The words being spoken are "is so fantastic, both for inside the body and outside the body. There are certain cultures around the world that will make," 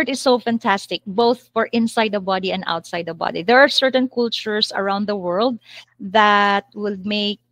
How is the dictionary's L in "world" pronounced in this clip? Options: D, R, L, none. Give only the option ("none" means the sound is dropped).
L